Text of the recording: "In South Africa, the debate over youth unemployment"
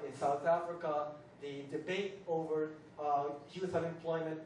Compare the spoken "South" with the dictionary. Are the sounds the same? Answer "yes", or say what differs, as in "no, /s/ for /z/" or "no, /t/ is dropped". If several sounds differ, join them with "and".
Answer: yes